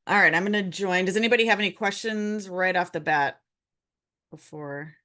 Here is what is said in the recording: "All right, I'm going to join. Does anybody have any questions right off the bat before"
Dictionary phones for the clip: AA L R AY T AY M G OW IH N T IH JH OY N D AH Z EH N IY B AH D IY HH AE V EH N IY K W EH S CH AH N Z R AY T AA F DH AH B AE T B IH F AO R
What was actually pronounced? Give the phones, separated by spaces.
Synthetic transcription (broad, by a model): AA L R AY T AY M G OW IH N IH JH OY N D AH Z EH N IY B AH D IY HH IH V EH N IY K W EH S CH AH N Z R AY T AA F DH AH B AE T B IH F AO R